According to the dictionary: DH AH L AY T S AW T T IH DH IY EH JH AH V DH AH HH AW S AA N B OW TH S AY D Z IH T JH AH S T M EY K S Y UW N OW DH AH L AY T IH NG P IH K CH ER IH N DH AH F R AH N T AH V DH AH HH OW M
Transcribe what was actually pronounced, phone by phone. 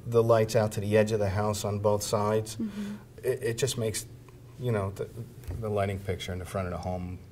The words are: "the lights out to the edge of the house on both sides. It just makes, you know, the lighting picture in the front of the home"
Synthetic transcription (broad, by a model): DH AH L AY T S AW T T IH DH IY EH JH AH V DH AH HH AW S N B OW TH S AY D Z IH T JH AH S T M EY K S Y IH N OW DH AH L AY T IH NG P IH K CH ER IH N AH F R AH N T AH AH HH OW M